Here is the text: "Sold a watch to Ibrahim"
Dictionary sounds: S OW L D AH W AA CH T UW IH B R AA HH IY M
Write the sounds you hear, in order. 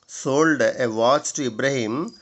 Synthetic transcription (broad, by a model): S OW L D AH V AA S T UW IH B R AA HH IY M